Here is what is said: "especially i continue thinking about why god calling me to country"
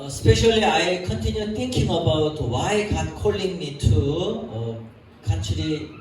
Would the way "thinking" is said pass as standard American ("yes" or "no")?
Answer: no